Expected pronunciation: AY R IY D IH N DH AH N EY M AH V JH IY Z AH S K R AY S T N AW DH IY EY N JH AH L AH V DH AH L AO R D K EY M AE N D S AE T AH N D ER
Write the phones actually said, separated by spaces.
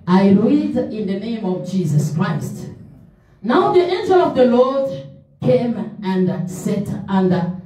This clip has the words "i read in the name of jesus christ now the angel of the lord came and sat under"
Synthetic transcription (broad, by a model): AY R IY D IH N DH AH N EY M AH V JH IY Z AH S K R AY S T N AW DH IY EY N JH AH L AH V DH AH L AO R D K EY M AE N D S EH T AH N D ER